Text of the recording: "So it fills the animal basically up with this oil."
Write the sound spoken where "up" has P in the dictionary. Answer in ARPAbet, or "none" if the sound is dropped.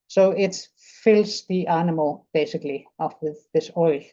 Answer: F